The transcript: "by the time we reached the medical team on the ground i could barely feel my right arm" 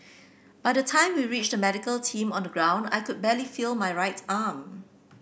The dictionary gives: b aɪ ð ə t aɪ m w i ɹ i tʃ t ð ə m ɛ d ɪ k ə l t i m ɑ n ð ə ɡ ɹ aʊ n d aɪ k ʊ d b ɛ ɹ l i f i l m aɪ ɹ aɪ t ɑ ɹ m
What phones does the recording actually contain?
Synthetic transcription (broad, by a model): b aɪ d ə t aɪ m w i ɹ i tʃ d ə m ɛ d ɪ k ə l t i m ɑ n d ə ɡ ɹ aʊ n d aɪ k ʊ d b ɛ l i f i l m aɪ ɹ aɪ t ɑ m